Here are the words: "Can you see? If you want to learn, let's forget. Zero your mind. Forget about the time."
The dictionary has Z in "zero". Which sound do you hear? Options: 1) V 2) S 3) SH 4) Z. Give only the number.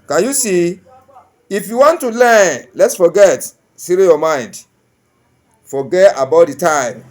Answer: 2